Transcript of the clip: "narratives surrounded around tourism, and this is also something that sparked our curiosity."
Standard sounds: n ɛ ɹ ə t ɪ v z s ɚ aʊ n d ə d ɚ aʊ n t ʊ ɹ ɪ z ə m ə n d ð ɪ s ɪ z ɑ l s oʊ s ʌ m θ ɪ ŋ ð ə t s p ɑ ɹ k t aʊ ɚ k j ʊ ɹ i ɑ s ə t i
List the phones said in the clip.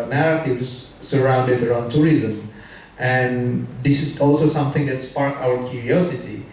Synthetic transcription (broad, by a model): n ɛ ɹ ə t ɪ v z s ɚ aʊ n d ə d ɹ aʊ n t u ɹ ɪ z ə m ə n d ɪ s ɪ s ɑ l s oʊ s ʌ m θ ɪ ŋ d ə t s p ɑ ɹ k aʊ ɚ k j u ɹ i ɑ s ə t i